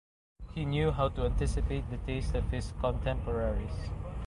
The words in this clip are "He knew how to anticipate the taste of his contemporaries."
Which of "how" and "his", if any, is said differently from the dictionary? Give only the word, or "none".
his